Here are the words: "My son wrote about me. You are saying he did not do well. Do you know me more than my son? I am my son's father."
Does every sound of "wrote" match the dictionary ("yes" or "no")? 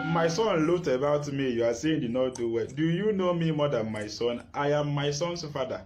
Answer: no